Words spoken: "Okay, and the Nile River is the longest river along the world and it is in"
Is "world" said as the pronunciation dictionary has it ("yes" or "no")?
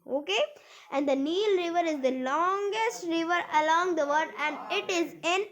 no